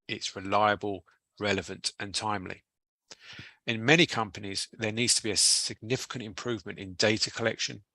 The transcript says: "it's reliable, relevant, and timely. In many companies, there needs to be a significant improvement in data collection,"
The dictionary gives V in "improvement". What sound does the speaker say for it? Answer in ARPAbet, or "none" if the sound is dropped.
V